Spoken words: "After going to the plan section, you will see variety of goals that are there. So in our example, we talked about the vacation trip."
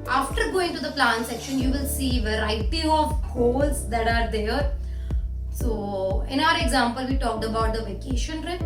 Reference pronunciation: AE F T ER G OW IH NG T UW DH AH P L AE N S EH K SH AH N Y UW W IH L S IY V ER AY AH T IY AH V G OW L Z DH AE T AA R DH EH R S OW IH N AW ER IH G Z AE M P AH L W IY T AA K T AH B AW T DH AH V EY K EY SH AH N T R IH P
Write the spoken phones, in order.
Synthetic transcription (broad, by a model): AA F T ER G OW IH NG T UW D AH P L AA N S EH K SH AH N Y UW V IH L S IY V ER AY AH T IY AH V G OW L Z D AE T AA R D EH R S OW IH N AW ER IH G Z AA M P AH L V IY T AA K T AH B AW T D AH V EY K EY SH AH N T R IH